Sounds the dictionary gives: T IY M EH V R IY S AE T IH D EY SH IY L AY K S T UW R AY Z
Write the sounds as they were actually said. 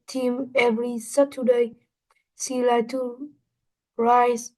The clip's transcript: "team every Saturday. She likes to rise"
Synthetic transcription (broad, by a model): T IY M EH V R IY S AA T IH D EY S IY L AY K T UW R AY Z